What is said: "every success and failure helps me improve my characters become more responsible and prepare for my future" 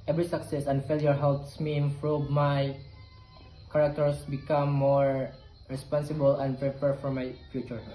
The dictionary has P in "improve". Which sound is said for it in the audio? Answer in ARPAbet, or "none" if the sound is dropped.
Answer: F